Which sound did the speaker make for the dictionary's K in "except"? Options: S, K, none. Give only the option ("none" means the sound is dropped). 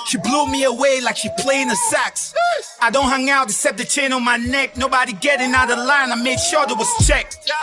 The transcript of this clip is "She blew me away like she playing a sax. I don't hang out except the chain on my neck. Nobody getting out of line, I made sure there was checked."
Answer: none